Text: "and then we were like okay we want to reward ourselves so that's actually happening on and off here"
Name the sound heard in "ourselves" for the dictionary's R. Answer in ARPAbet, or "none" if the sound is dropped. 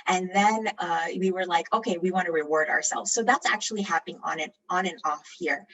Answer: R